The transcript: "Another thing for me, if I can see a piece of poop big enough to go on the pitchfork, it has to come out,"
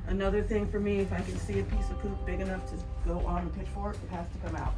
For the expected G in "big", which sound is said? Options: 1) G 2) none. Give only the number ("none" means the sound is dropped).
1